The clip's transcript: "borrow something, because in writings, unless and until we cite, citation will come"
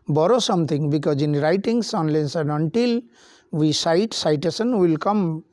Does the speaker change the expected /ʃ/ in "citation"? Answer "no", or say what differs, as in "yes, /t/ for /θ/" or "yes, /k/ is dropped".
yes, /s/ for /ʃ/